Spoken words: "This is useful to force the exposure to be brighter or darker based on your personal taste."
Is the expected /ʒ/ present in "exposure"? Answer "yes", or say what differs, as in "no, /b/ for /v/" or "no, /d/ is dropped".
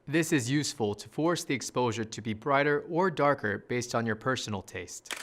yes